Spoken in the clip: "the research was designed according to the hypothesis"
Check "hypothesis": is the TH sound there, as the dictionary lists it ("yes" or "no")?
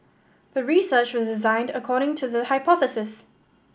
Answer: yes